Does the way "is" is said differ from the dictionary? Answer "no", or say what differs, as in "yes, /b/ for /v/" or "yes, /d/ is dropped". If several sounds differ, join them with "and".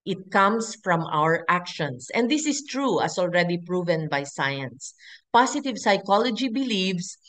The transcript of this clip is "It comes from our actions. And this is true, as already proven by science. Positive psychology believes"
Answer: yes, /s/ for /z/